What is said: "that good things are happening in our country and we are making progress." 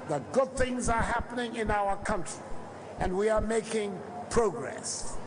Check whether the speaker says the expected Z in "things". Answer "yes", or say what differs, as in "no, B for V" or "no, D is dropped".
yes